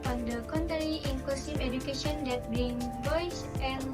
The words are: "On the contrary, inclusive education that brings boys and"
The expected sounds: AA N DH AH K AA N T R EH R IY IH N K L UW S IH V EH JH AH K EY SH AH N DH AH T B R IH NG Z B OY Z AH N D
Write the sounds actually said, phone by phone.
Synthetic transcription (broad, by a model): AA N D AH K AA N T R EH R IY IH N K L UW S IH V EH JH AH K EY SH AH N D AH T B IH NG B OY S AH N